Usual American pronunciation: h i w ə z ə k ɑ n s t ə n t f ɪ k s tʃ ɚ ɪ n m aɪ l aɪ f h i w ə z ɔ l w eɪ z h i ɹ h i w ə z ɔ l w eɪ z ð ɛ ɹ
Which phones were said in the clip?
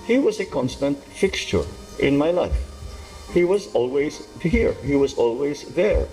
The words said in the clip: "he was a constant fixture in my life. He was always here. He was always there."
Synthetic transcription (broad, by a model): h i w ə z ə k ɑ n s t ə n t f ɪ k s tʃ ɚ ɪ n m aɪ l aɪ f h i w ə z ɔ l w eɪ z h i ɹ h i w ə z ɔ l w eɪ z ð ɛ ɹ